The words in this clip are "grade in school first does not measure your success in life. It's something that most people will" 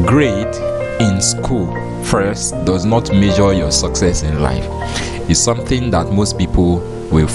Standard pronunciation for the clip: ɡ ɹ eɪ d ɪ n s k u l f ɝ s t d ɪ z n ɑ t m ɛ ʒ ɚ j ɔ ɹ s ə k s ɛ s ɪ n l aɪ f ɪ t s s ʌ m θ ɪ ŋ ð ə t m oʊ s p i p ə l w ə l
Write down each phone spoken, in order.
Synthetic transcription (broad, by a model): ɡ ɹ eɪ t ɪ n s k u l f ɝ s t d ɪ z n ɑ t m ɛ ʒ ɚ j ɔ s ə k s ɛ s ɪ n l aɪ f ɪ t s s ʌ m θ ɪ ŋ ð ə t m oʊ s p i p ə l w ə l